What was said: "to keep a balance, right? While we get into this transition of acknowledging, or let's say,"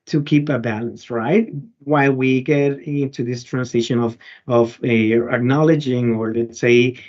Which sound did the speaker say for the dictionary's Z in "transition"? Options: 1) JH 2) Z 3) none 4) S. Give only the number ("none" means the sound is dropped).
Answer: 4